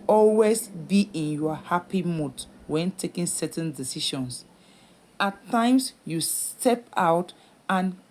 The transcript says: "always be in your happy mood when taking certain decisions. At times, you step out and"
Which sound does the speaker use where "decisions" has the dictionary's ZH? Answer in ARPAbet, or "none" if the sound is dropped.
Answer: SH